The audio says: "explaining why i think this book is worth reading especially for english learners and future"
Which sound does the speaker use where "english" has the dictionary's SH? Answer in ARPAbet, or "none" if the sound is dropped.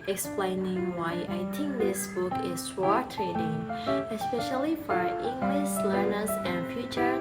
S